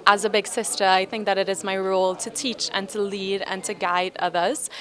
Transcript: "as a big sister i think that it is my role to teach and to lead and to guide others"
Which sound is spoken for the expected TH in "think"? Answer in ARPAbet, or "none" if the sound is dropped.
TH